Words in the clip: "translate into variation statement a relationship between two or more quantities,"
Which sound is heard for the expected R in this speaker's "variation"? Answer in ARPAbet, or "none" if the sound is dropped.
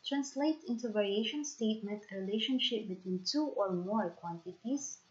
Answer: R